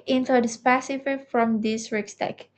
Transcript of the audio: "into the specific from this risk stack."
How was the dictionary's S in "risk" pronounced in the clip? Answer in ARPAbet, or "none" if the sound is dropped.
none